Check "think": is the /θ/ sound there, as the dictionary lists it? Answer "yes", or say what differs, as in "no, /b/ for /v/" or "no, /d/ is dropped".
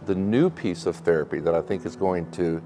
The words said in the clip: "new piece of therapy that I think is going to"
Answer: yes